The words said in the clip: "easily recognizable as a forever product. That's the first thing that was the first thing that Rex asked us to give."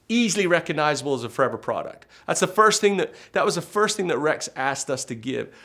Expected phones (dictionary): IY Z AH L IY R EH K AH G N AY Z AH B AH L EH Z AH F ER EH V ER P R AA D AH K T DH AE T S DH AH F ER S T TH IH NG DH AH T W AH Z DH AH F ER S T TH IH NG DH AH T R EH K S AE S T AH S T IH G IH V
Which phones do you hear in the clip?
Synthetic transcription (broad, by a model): IY Z L IY R EH K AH G N AY Z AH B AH L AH Z AH F ER EH V ER P R AA D AH K T DH AE T S DH AH F ER S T TH IH NG DH AH T W AH Z DH AH F ER S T TH IH NG DH AH T R EH K S AE S T AH S T IH G IH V